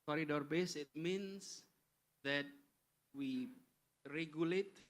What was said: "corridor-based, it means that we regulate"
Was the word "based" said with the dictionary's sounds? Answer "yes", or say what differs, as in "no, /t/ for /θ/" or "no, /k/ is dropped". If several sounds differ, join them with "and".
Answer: no, /t/ is dropped